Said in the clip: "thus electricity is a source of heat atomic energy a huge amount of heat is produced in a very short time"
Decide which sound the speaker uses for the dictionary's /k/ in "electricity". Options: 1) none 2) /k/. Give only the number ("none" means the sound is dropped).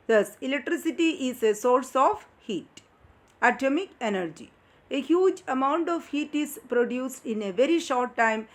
2